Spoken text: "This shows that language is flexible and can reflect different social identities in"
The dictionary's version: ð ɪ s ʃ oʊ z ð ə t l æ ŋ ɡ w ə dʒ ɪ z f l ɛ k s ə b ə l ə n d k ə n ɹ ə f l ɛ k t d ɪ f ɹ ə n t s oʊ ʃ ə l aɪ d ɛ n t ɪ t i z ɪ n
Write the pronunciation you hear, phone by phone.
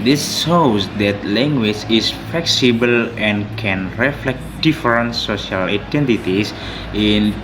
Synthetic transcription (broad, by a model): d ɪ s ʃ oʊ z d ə t l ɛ ŋ ɡ w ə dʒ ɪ s f l ɛ k s ə b ə l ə n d k ə n ɹ ə f l ɛ k t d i f ɹ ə n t s oʊ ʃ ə l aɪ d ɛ n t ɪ t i s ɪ n